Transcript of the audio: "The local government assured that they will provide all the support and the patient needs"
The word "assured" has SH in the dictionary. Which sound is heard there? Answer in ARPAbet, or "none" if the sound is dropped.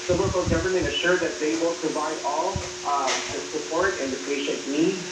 SH